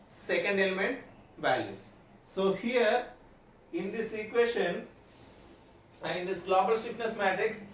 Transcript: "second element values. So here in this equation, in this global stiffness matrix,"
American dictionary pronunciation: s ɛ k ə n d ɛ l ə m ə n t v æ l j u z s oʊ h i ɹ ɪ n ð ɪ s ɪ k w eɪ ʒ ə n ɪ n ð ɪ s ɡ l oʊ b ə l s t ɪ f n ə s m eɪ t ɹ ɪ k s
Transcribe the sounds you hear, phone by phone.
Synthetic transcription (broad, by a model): s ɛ k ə n d ɛ l ə m ə n t v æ l j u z s oʊ h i ɹ ɪ n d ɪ s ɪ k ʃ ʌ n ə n ɪ n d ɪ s ɡ l oʊ b ə l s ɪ p n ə s m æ t ɹ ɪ k s